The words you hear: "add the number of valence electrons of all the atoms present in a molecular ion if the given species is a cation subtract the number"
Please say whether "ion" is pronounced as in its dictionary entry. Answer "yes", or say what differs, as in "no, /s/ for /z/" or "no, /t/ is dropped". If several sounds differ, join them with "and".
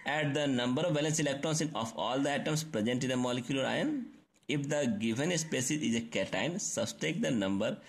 yes